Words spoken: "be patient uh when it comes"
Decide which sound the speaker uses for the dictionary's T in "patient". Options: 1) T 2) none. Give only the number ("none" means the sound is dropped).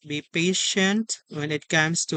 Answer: 1